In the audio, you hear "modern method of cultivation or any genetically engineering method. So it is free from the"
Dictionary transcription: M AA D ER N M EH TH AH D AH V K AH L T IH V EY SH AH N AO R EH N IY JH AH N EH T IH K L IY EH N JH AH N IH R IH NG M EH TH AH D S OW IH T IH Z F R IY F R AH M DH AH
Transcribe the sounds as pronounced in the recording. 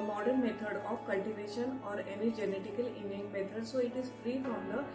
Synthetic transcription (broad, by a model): M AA D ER N M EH T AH D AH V K AH L T IH V EY SH AH N AO R EH N IY JH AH N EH T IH K IY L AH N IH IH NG M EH T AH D S OW IH T IH Z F R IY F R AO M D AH